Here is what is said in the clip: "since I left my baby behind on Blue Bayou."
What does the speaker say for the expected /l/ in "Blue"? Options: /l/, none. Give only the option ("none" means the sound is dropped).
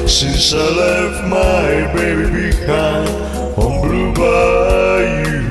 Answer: /l/